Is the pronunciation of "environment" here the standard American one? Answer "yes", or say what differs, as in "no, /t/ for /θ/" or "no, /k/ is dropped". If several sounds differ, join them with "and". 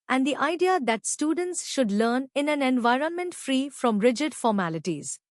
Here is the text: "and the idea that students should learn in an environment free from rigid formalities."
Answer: yes